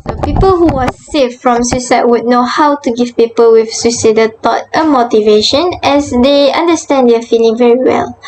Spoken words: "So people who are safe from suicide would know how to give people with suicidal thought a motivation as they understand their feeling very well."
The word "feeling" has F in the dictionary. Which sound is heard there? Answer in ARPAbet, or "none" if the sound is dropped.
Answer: F